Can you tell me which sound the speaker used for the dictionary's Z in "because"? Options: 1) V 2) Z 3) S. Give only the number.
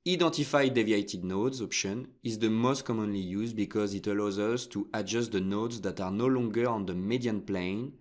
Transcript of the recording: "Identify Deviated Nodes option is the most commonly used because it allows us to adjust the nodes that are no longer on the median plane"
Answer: 2